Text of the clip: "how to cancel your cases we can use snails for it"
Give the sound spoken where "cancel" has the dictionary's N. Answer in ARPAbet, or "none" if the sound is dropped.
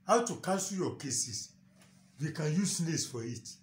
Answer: none